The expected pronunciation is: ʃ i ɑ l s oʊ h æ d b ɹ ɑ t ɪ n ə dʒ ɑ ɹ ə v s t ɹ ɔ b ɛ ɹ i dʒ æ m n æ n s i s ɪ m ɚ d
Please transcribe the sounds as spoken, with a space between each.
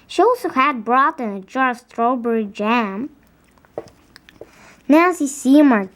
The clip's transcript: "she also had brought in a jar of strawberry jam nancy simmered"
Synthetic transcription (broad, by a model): ʃ i ɑ l s oʊ h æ d b ɹ ɑ t ɪ n ə dʒ ɑ ɹ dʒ s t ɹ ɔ b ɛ ɹ i dʒ æ m n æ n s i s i m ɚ